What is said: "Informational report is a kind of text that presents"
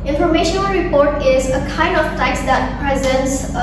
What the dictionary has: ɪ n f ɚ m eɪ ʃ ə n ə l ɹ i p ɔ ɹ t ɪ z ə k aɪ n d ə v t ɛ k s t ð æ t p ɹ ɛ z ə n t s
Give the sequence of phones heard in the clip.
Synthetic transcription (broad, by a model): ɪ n f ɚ m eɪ ʃ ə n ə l ɹ i p ɔ ɹ t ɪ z ə k aɪ n d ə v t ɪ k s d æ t p ɹ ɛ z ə n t s